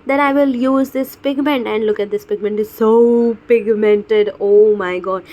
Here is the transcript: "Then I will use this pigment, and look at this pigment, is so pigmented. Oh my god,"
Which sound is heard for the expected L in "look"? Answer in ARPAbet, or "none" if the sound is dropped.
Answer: L